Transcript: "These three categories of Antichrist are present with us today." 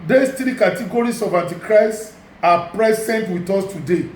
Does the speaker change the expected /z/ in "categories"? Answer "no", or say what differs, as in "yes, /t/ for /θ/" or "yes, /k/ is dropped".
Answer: yes, /s/ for /z/